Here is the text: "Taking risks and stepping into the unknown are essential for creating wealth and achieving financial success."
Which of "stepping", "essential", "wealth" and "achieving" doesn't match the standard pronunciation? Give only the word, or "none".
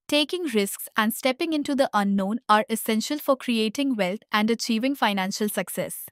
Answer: wealth